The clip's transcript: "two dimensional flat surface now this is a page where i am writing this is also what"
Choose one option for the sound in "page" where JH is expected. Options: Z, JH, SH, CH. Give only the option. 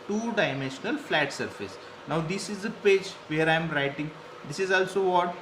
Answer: JH